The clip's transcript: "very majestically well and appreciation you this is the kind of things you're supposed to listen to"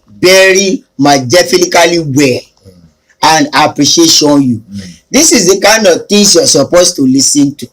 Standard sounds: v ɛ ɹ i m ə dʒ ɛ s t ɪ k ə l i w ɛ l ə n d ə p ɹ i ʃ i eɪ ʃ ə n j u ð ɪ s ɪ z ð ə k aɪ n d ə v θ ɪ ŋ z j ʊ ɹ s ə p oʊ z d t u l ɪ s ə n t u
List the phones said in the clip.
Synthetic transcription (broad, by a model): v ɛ ɹ i m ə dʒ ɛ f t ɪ k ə l i w ɛ l ə n d ə p ɹ i ʃ i eɪ ʃ ə n j u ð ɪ s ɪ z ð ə k aɪ n d ə v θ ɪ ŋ s j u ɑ s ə p oʊ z t u l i s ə n t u